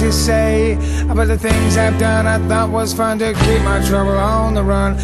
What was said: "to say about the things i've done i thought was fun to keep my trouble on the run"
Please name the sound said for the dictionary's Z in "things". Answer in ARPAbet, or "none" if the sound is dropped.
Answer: Z